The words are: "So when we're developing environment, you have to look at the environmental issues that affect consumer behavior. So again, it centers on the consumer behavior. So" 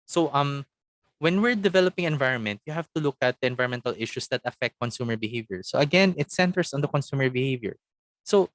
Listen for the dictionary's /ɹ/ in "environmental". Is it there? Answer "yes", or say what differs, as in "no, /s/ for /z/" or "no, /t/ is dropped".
no, /ɹ/ is dropped